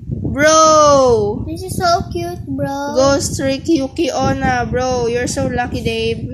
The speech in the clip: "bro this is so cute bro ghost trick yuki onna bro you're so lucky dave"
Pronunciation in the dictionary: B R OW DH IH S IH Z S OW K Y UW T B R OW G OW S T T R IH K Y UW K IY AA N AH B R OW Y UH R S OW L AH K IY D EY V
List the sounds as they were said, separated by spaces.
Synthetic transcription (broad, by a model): B R OW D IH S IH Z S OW K Y UW T B R OW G OW S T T R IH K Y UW K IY AA N AH B R OW Y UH R S OW L AH K IY D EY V